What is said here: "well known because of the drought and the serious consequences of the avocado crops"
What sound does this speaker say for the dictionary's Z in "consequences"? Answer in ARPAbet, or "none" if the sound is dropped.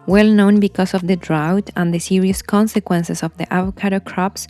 S